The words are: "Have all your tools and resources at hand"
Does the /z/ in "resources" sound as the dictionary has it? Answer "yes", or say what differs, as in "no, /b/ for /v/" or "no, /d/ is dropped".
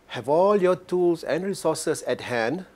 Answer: no, /s/ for /z/